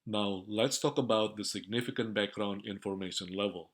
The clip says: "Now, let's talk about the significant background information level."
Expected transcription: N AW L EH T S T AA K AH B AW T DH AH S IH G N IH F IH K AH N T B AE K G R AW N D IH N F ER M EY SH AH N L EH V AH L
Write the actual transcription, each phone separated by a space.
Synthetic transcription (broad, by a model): N AW L EH T S T AA K AH B AW T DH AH S IH G N IH F IH K AH N T B AE K G R AW N D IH N F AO M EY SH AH N L EH V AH L